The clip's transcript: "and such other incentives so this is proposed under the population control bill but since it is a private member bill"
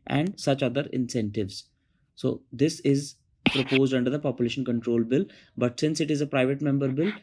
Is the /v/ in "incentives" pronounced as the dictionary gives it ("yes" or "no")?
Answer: yes